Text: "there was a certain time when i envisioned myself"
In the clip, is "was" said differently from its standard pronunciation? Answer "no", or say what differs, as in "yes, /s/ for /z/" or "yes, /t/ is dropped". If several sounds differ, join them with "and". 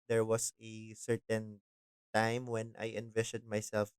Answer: yes, /s/ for /z/